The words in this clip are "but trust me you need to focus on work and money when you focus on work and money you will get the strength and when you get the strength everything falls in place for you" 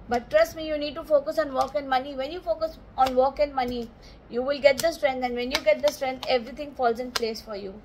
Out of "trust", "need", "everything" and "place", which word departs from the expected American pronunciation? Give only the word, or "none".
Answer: everything